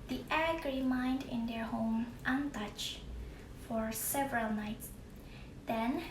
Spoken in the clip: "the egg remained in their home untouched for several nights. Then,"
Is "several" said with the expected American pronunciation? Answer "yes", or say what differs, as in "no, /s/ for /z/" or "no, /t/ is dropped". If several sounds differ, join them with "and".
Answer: yes